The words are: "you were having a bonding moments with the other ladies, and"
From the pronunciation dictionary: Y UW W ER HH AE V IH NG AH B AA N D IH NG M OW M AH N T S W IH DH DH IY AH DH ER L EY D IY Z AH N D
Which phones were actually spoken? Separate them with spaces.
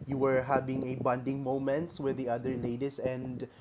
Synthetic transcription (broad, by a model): Y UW W ER HH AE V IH NG AH B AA N D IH NG M OW M AH N T S W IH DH DH IY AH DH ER L EY D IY S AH N D